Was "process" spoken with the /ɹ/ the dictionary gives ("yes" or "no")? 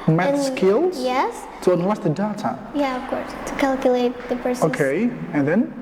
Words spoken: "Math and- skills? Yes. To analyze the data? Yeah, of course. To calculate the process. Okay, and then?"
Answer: no